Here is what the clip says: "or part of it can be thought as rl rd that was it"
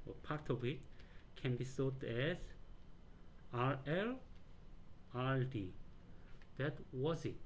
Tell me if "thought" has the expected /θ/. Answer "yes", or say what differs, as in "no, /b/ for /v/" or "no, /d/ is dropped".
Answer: no, /s/ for /θ/